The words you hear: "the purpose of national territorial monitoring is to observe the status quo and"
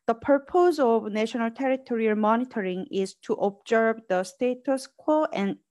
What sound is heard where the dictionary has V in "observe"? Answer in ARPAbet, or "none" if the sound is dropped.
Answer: B